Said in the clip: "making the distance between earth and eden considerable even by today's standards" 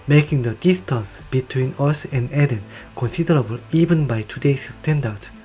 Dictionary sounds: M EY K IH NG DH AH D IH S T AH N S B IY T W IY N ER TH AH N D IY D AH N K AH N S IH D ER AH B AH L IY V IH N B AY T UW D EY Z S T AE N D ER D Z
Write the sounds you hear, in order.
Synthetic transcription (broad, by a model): M EY K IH NG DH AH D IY S T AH N S B IY T W IY N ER S AH N D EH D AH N K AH N S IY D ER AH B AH L IY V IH N B AY T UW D EY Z S T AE N D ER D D